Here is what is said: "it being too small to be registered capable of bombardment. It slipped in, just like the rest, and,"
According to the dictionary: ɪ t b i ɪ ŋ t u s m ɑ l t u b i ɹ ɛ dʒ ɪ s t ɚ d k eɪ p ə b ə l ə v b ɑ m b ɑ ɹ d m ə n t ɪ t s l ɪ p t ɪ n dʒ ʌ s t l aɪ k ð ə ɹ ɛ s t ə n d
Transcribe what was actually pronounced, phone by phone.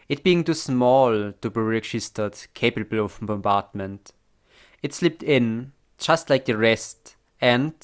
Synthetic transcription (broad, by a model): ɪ t b i ɪ ŋ t u s m ɑ l t u b i ɹ ɛ dʒ ɪ s t ɚ d k eɪ p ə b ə l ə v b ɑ m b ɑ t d m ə n t ɪ t s l ɪ p t ɪ n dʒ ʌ s t l aɪ k ð ə ɹ ɛ s t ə n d